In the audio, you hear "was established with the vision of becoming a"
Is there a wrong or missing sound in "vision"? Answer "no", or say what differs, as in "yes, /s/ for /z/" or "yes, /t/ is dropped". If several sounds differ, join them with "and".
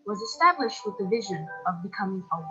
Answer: no